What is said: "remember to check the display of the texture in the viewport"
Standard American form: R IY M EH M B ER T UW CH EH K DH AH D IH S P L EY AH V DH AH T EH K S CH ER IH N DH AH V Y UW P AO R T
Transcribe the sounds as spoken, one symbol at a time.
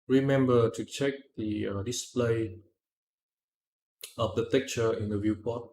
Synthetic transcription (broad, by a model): R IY M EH M B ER T UW CH EH K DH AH D IH S P L EY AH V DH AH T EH K CH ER IH N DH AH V Y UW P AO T